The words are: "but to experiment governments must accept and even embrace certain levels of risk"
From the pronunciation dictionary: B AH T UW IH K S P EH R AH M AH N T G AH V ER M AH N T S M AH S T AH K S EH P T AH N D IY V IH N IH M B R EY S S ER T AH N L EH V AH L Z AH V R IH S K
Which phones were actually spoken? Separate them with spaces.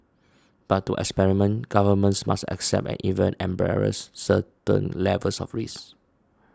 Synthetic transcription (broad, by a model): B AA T UW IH K S P EH R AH M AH N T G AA V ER M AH N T S M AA S T AH K S EH P T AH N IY V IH N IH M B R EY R S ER T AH N L EH V AH L S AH F R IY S